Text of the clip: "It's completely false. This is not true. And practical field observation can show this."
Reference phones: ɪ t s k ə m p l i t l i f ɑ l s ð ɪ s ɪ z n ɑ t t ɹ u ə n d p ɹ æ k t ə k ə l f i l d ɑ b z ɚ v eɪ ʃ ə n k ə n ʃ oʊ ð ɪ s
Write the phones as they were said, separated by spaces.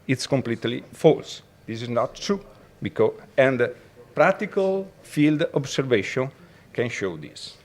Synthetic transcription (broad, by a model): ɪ t s k ə m p l i t l i f ɑ l s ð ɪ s ɪ z n ɑ t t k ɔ ə n d p ɹ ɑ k t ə k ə l f i l d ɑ b s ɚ v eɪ ʃ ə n k ə n ʃ oʊ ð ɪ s